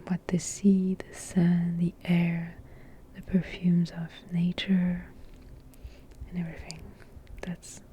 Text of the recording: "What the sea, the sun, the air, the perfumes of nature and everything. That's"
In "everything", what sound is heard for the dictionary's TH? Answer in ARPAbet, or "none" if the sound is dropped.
TH